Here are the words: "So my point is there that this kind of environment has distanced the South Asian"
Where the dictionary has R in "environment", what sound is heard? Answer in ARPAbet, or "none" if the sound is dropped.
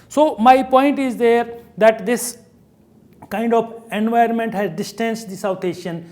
none